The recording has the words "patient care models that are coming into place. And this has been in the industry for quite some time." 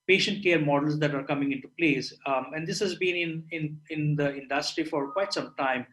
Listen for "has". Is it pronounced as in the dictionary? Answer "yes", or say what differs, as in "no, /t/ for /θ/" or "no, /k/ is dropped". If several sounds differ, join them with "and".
yes